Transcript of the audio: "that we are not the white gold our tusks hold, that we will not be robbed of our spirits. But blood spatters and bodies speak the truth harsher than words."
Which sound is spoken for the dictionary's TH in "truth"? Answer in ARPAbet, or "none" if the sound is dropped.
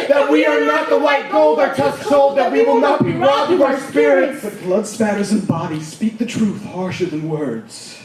TH